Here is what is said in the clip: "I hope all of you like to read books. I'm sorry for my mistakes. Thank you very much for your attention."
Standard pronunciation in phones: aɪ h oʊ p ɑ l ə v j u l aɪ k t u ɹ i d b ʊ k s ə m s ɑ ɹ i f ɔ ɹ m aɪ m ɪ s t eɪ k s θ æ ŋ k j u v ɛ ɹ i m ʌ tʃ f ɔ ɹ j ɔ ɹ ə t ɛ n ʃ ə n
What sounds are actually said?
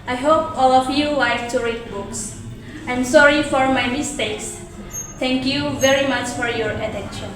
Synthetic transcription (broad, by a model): aɪ h oʊ p ɑ l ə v j u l aɪ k t u ɹ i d b ʊ k s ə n s ɑ ɹ i f ɔ ɹ m aɪ m ɪ s t eɪ k s t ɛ ŋ k j u v ɛ ɹ i m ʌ tʃ f ɔ ɹ j ɔ ɹ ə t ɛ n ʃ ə n